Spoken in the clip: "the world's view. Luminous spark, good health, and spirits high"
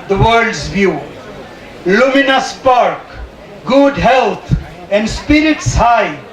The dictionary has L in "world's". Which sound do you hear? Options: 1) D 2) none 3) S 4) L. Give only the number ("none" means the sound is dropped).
2